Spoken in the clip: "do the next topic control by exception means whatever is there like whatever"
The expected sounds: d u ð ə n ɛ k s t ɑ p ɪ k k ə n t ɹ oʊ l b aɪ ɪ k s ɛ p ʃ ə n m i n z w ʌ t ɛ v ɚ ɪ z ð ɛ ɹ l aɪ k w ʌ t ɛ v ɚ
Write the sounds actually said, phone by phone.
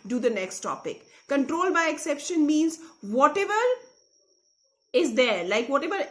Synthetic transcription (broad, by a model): d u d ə n ɛ k s t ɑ p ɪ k k ə n t ɹ oʊ l b aɪ ɪ k s ɛ p ʃ ə n m i n z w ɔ t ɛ v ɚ ɪ z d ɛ ɹ l aɪ k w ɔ t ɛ v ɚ